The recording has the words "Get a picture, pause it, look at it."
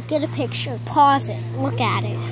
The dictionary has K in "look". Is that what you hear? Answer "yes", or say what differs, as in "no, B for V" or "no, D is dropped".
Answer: yes